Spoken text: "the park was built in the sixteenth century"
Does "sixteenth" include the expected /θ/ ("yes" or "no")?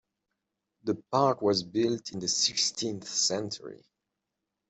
yes